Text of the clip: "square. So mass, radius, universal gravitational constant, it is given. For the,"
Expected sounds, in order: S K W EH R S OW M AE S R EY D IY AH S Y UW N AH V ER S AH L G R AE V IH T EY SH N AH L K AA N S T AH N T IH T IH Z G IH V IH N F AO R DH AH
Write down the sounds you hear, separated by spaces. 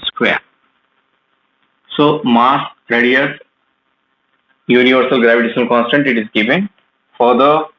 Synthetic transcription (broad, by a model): S K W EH R S OW M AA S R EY D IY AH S Y UW N AH V ER S AH L G R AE V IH T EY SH AH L K AA N S T AH N T IH T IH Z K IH P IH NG F AO R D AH